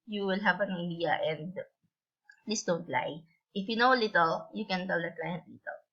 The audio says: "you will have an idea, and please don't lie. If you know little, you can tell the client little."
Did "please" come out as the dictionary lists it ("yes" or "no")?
no